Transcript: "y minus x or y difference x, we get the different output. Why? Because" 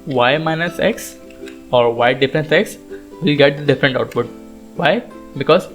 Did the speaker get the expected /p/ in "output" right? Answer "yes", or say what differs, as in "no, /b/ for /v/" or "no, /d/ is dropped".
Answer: yes